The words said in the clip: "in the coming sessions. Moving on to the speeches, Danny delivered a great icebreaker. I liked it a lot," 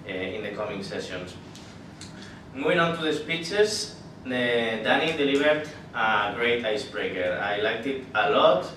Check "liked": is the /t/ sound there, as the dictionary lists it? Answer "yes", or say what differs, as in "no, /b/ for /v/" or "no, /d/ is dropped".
yes